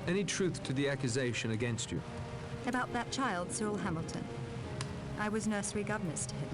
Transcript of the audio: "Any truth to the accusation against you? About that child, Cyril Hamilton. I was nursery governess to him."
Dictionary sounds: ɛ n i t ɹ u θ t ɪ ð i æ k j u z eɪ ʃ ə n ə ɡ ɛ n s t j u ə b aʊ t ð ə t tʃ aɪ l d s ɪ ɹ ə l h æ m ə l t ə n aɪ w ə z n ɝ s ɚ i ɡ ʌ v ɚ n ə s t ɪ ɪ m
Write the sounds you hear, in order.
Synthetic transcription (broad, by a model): ɛ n i t ɹ u θ t ɪ ð i æ k j u z eɪ ʃ ə n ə ɡ ɛ n s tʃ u ə b aʊ t ð ə t tʃ aɪ l d s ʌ ɹ l h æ m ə l t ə n aɪ w ə z n ɝ s ɚ i ɡ ʌ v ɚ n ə s t ɪ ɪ m